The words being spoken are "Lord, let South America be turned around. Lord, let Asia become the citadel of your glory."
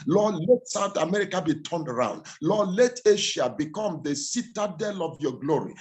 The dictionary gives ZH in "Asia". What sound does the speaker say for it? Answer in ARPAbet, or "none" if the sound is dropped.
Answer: SH